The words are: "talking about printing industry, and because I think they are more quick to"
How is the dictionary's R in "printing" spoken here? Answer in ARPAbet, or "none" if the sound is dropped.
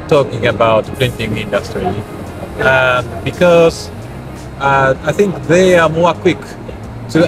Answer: L